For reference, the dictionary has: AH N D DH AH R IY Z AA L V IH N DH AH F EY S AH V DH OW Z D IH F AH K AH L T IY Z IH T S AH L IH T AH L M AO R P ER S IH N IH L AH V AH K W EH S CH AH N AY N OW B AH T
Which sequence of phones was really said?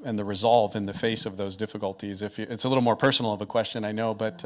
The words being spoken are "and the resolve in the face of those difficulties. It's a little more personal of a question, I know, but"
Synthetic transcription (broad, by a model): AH N DH AH R IY Z AA L V IH N DH AH F EY S AH V DH OW Z D IH F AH K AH L T IY Z IH T S AH L IH T L M AO R P ER S N L AH V AH K W EH S CH AH N AY N OW B AH T